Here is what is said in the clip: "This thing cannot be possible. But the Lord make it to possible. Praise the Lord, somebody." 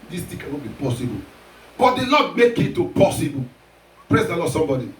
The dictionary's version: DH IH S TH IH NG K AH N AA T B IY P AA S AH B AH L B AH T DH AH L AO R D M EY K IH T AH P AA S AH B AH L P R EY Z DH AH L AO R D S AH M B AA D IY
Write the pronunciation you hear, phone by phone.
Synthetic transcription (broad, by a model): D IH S T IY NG K AH N AA T B IY P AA S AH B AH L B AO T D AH L AO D M EY K IH T AH P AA S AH B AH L P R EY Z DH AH L AO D S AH M B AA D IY